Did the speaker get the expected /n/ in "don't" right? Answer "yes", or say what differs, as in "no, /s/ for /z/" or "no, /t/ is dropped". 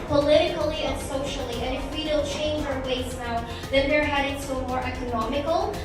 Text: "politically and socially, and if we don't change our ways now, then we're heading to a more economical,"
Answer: no, /l/ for /n/